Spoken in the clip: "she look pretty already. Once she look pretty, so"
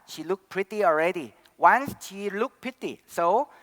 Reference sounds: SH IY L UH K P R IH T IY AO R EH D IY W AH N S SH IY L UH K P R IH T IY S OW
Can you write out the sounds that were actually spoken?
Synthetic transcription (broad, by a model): SH IY L UH K P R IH T IY AO R EH D IY W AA N S SH IY L UH K P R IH T IY S OW